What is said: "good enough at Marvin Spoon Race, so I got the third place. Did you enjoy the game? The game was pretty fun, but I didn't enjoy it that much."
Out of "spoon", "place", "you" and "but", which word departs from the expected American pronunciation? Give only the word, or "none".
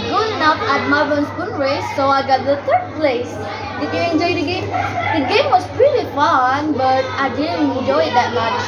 spoon